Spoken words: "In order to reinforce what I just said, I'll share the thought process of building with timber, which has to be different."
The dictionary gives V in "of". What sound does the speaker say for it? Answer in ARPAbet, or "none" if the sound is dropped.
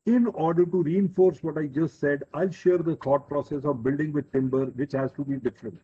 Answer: V